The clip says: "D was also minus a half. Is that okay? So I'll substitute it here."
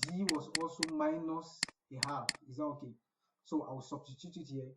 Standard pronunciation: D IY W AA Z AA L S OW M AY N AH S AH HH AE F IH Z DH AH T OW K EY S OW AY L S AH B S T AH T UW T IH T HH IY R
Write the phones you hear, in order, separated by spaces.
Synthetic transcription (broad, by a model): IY W AA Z AA L S OW M AY N AH S AH HH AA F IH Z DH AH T OW K EY S OW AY W S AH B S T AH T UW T IH T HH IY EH